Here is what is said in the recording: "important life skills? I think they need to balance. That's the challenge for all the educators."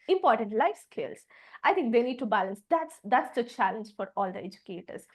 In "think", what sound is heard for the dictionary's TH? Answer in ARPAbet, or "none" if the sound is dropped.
T